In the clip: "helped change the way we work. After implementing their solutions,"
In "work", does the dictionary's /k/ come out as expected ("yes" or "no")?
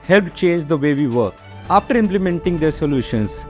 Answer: no